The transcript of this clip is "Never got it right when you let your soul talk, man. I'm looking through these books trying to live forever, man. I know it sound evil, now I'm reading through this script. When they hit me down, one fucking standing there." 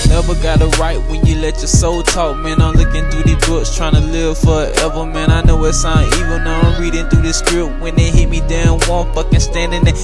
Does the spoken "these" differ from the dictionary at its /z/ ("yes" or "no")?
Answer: yes